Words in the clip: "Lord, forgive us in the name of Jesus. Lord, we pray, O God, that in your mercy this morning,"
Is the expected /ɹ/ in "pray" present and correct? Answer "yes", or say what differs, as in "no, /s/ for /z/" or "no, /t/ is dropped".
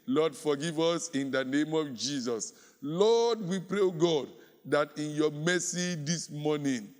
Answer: yes